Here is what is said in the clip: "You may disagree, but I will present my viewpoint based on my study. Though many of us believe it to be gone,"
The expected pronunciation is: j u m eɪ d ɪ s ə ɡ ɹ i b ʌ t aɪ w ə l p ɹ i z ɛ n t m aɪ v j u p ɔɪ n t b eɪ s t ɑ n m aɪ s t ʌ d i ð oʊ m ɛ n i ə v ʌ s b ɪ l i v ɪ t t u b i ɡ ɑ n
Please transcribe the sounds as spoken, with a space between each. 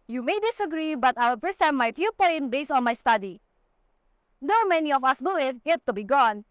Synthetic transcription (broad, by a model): j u m eɪ d ɪ s ə ɡ ɹ i b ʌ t aɪ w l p ɹ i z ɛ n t m aɪ f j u p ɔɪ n b eɪ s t ɑ n m aɪ s t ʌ d i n oʊ m ɛ n i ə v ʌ s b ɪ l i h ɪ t t u b i ɡ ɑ n